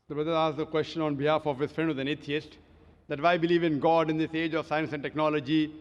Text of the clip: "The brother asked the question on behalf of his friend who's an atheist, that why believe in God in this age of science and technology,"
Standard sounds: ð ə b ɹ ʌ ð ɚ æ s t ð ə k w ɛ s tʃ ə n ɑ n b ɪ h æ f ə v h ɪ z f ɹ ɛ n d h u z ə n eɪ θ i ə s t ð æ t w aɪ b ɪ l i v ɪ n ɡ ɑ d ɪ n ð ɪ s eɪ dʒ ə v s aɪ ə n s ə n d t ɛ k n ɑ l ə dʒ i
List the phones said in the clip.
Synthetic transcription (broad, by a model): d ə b ɹ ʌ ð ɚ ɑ s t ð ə k w ɛ s tʃ ə n ɑ n b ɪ h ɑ f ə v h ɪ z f ɹ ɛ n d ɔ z ə n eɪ t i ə s t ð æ t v aɪ b ɪ l i v ɪ n ɡ ɑ d ɪ n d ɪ s eɪ dʒ ə v s aɪ ə n s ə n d t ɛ k n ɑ l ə dʒ i